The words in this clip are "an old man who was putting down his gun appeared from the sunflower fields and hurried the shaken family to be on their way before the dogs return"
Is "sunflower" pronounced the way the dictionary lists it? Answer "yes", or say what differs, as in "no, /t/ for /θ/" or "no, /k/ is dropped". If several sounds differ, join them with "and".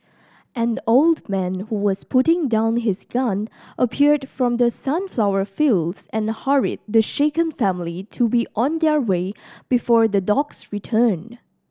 yes